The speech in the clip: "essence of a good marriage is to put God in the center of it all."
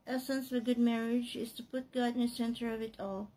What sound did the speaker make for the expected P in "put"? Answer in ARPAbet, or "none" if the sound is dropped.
P